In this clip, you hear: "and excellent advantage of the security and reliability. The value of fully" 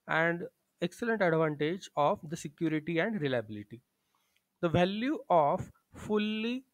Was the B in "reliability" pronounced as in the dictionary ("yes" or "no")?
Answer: yes